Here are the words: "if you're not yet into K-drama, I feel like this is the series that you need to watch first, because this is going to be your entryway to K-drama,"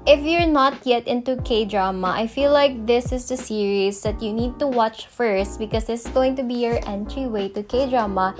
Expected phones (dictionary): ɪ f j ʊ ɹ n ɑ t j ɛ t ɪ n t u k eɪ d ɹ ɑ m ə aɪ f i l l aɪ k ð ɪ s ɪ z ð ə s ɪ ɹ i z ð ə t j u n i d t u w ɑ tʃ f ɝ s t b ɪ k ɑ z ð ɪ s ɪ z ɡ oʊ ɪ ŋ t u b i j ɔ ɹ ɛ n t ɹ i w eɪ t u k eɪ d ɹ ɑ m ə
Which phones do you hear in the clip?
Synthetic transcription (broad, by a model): ɪ f j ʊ ɹ n ɑ t j ɛ t ɪ n t u k eɪ d ɹ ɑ m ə aɪ f i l l aɪ k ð ɪ s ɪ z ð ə s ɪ ɹ i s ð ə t j u n i d t u w ɑ tʃ f ɝ s t b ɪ k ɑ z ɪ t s ɡ oʊ ɪ ŋ t u b i j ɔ ɹ ɛ n t ɹ i w eɪ t u k eɪ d ɹ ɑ m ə